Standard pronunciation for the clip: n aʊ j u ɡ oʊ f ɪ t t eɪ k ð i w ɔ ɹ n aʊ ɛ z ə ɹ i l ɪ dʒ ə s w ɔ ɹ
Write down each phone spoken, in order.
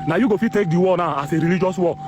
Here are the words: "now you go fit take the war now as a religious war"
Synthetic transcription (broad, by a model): n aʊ j u ɡ oʊ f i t t eɪ k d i w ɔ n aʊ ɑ s ə ɹ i l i dʒ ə s w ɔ